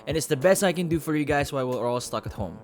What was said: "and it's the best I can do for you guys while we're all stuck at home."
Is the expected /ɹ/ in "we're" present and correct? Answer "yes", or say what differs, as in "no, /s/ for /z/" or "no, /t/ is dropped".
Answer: no, /l/ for /ɹ/